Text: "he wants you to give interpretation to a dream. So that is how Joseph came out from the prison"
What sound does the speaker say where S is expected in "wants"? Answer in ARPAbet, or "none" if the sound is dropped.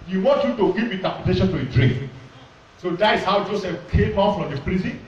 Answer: none